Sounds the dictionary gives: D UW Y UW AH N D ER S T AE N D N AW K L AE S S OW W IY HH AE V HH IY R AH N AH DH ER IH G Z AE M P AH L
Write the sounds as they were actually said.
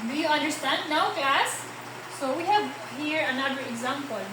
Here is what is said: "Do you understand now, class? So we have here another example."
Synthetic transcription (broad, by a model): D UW Y UW AH N D ER S T AE N D N AW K AE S S OW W IY HH AE V HH IY R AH N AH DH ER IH G Z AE M P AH L